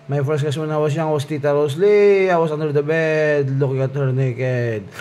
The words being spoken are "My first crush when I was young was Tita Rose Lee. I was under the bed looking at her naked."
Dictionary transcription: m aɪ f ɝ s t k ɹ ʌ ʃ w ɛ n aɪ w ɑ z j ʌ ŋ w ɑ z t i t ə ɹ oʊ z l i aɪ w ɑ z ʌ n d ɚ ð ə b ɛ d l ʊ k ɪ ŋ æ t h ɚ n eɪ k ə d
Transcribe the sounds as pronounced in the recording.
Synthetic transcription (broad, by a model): m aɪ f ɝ s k ʌ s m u n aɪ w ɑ s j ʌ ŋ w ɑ s t i t ə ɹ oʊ s l i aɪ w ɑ s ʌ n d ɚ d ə b ɛ d l ʊ k ɪ ŋ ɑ t h ɚ n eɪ k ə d